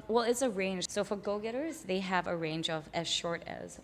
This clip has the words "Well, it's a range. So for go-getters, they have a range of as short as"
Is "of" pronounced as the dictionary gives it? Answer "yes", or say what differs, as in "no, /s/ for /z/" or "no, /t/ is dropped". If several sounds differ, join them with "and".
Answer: yes